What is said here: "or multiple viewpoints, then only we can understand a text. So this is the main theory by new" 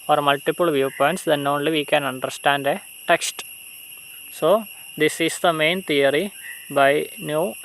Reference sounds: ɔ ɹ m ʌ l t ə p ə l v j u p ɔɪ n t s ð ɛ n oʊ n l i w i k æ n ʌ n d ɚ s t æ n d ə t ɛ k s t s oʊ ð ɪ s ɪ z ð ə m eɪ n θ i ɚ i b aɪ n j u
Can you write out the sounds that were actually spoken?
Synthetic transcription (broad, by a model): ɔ ɹ m ʌ l t ə p ə l v j u p ɔɪ n t s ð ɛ n oʊ n l i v i k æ n ʌ n d ɚ s t æ n d ə t ɛ k s t s oʊ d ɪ s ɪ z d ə m eɪ n t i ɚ i b aɪ n j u